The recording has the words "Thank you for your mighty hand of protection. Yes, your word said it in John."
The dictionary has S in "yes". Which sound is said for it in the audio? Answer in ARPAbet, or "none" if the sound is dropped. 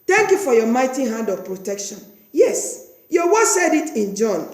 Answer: S